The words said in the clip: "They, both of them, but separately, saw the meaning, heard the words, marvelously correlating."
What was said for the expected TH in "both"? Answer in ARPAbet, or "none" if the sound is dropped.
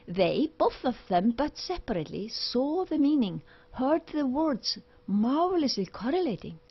TH